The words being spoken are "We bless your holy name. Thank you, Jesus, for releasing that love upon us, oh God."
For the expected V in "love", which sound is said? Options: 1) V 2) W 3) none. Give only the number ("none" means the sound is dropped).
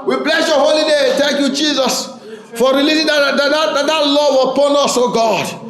2